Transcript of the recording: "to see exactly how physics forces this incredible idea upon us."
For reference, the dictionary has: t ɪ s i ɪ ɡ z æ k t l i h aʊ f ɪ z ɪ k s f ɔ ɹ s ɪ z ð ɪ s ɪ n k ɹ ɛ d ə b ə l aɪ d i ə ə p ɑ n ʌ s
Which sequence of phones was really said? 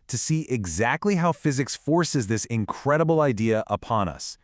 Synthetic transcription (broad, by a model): t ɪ s i ɪ ɡ z æ k t l i h aʊ f ɪ z ɪ k s f ɔ ɹ s ɪ z ð ɪ s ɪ n k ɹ ɛ d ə b l aɪ d i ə ə p ɑ n ʌ s